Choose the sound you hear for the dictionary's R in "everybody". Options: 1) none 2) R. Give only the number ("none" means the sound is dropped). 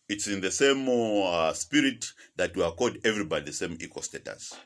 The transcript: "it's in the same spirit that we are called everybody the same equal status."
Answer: 2